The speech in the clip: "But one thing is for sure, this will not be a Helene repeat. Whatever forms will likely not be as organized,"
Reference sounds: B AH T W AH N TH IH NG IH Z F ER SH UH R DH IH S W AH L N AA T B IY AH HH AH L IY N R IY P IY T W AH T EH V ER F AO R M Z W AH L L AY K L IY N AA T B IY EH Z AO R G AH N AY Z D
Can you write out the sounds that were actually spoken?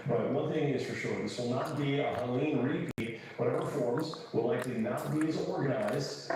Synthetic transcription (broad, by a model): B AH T W AH N TH IH NG IH Z F ER SH UH R DH IH S W AH L N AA T B IY AH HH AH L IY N R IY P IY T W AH T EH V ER F AO R M Z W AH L L AY K L IY N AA T B IY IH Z AO R G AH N AY Z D